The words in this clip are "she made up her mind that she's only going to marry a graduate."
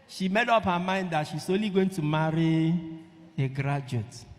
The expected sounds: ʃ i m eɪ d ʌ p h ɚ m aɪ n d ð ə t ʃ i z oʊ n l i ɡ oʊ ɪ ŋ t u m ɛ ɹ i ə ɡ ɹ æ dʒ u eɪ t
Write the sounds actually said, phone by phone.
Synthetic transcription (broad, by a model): ʃ i m eɪ d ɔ p h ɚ m aɪ n d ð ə t ʃ i s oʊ l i ɡ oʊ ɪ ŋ t u m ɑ ɹ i ə ɡ ɹ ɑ dʒ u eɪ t